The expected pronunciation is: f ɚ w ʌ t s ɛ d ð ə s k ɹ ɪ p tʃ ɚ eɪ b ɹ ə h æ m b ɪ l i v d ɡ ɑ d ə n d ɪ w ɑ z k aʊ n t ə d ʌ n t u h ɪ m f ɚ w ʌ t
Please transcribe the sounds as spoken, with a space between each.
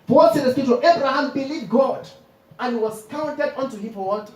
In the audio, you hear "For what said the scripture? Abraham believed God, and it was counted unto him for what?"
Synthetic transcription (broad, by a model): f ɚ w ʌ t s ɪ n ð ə s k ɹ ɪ tʃ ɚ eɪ b ɹ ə h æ m b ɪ l i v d ɡ ɑ d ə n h ɪ w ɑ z k aʊ n t ə d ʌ n t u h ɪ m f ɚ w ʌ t